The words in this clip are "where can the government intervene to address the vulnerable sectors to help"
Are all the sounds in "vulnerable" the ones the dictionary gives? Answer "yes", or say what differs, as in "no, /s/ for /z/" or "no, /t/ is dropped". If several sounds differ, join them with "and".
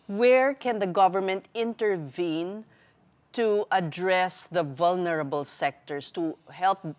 yes